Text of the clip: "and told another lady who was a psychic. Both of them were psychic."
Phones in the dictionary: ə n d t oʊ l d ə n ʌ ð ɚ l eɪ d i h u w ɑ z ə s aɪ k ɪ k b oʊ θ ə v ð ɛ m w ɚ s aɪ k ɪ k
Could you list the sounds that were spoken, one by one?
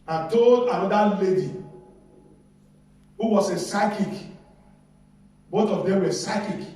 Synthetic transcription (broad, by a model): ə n t oʊ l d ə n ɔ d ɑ l eɪ d i h u w ɑ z ə s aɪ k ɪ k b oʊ t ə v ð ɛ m w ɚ s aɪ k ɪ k